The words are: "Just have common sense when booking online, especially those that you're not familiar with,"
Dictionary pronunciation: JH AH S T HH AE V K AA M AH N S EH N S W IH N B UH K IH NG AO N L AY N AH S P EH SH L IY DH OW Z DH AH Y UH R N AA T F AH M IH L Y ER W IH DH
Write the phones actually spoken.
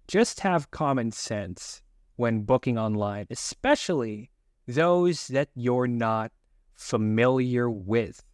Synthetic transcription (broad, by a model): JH AH S T HH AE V K AA M AH N S EH N S W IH N B UH K IH NG AO N L AY N AH S P EH SH L IY DH OW Z DH AH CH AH R N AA T F AH M IH L Y ER W IH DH